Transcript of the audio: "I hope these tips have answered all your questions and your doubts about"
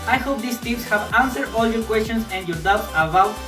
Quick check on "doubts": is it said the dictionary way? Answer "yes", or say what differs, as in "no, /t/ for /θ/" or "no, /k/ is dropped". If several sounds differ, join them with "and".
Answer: no, /s/ is dropped